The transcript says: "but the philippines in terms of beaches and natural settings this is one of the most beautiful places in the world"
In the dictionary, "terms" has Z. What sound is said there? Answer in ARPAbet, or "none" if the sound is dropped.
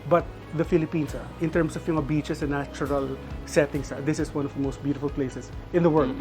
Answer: S